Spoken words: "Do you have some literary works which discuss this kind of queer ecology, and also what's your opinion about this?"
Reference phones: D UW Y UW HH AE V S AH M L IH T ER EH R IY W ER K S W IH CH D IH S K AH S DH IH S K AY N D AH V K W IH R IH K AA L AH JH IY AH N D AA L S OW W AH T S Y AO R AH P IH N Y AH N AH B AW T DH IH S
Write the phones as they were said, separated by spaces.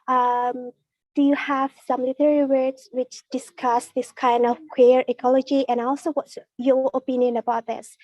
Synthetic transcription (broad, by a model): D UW Y UW HH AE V S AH M L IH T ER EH L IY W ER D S W IH CH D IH S K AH S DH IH S K AY N D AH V K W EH R IH K AA L AH JH IY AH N AA L S OW W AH T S Y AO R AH P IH N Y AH N AH B AW T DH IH S